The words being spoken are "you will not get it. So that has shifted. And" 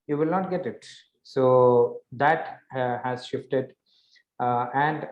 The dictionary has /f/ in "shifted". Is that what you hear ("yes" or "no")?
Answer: yes